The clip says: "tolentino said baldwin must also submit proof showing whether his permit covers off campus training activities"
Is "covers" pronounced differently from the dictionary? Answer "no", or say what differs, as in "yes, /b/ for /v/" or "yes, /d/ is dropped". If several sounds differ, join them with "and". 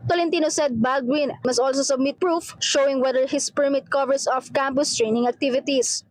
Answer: yes, /s/ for /z/